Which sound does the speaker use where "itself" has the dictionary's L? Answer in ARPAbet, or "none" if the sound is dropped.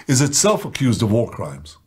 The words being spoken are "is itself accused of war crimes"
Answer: L